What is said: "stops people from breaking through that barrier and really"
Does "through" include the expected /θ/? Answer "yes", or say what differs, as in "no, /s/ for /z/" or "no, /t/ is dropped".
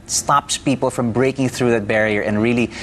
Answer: yes